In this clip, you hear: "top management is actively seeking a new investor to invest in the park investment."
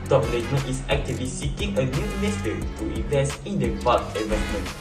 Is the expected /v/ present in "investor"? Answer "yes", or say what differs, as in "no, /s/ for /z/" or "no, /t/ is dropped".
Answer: no, /v/ is dropped